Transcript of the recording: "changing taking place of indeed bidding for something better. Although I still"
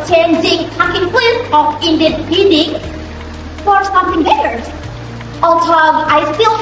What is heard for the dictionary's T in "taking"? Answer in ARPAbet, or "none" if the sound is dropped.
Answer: S